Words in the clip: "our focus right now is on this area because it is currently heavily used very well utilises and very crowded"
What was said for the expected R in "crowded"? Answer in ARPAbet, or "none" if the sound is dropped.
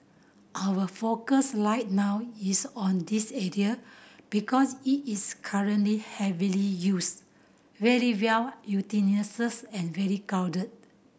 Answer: none